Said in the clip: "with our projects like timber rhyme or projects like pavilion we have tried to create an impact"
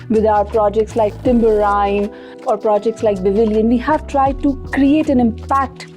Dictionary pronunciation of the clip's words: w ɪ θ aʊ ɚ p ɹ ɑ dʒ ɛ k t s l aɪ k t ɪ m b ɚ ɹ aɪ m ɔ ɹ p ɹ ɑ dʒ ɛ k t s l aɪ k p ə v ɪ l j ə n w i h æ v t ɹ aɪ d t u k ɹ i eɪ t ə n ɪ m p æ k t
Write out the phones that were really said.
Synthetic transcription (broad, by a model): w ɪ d aʊ ɚ p ɹ ɑ dʒ ɛ k t s l aɪ k t ɪ m b ɚ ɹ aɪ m ɔ ɹ p ɹ ɑ dʒ ɛ k t s l aɪ k b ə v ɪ l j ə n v i h æ v t ɹ aɪ d t u k ɹ i eɪ t ə n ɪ m p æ k t